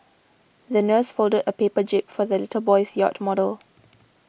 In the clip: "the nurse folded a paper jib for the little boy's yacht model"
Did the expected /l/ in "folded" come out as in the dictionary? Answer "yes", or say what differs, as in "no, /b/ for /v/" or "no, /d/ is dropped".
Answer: yes